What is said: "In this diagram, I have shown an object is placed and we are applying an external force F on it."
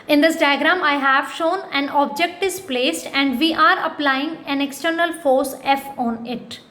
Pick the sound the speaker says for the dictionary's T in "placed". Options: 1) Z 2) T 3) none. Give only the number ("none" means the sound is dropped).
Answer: 2